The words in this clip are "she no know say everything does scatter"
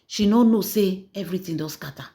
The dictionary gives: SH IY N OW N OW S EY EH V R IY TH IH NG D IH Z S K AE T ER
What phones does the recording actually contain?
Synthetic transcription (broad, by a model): SH IY N OW N OW S EY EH V R IY T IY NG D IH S K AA T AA